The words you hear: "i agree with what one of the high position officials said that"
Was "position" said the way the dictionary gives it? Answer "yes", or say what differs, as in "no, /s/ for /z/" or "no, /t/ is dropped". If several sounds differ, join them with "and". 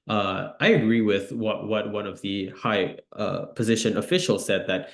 yes